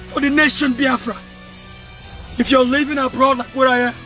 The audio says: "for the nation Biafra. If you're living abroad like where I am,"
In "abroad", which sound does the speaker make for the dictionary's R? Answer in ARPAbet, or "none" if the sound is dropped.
R